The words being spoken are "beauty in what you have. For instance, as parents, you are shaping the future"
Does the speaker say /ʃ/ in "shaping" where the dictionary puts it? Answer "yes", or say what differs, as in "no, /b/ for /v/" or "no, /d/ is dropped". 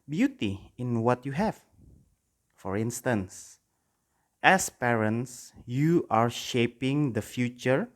yes